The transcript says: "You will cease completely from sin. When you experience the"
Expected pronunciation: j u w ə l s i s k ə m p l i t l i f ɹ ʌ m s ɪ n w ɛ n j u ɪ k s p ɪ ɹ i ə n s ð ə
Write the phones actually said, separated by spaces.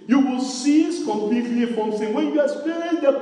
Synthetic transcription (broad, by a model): j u w ə l s i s k ə m p l i t l i f ɹ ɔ m s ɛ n w ɛ n j u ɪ s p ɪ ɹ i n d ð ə